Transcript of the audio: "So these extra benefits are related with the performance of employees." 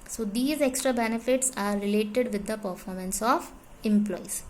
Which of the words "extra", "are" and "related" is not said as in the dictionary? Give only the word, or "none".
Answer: none